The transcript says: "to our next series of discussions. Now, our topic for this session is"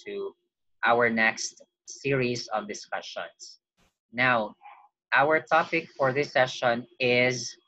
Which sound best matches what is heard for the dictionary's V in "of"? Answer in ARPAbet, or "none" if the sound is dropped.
V